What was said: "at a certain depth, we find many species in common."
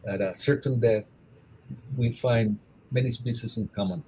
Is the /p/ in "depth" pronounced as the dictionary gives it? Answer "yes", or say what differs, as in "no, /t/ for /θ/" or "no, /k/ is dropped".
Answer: no, /p/ is dropped